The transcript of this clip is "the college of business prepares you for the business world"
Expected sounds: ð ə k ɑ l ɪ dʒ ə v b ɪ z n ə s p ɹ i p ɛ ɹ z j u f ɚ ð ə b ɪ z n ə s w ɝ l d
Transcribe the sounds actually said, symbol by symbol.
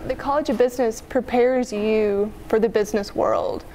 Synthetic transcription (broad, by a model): ð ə k ɑ l ɪ dʒ ə v b ɪ z n ə s p ɹ i p ɛ ɹ z j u f ɚ ð ə b ɪ z n ə s w ɝ l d